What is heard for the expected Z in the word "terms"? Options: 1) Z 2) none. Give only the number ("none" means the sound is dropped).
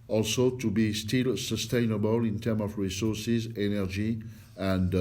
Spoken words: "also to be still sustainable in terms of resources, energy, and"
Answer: 2